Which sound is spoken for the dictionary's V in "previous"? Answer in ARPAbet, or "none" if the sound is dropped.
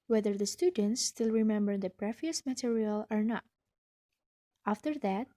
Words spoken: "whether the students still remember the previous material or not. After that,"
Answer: F